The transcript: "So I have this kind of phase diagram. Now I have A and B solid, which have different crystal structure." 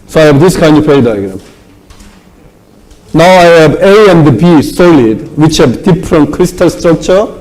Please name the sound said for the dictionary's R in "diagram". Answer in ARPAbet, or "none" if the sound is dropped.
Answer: R